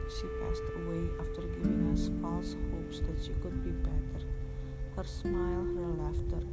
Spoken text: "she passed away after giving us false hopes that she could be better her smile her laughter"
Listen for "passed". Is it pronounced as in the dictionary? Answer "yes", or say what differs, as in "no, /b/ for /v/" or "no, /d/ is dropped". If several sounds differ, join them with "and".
yes